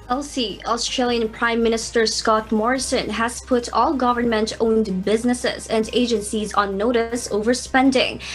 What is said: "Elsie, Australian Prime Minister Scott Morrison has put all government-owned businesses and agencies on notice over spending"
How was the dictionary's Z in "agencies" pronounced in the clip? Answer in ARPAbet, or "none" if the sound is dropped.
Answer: Z